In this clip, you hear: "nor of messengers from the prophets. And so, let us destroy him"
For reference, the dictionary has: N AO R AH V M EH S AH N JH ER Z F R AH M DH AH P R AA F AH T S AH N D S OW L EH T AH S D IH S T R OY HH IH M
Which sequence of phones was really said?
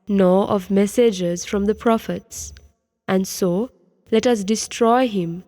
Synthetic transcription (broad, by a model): N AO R AH V M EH S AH JH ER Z F R AH M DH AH P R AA F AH T S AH N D S OW L EH T AH S D IH S T R OY HH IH M